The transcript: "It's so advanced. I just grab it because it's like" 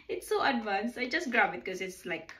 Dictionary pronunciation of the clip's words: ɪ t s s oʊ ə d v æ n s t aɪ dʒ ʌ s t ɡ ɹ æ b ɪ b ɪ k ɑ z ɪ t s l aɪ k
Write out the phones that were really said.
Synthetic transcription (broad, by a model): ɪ t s s oʊ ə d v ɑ n s aɪ dʒ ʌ s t ɡ ɹ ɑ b ɪ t k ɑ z ɪ t s l aɪ k